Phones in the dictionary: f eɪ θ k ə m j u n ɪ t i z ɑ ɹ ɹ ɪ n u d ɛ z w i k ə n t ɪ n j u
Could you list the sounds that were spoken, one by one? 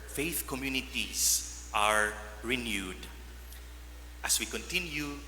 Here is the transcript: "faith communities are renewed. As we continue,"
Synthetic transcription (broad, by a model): f eɪ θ k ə m j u n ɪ t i s ɑ ɹ ɹ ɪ n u d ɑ s w i k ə n t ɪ n j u